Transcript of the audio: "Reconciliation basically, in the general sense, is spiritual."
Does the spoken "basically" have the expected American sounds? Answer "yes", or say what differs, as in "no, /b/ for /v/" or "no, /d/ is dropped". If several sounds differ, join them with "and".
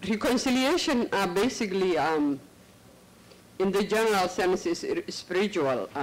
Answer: yes